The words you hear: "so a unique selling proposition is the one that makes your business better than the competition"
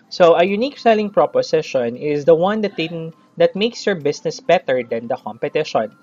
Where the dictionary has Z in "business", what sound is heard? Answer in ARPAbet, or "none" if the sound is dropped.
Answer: S